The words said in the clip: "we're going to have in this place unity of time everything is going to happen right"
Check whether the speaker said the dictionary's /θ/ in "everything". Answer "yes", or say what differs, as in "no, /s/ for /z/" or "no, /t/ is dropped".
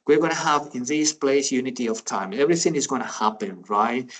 yes